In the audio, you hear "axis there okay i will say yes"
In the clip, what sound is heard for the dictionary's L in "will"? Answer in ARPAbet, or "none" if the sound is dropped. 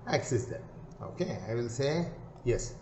N